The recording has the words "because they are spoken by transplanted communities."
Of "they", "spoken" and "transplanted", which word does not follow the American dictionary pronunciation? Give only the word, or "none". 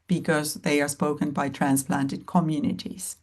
none